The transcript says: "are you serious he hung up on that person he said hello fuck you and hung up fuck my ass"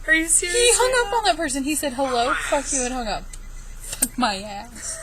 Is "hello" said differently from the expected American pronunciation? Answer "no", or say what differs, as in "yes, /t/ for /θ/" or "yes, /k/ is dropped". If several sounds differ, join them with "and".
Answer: no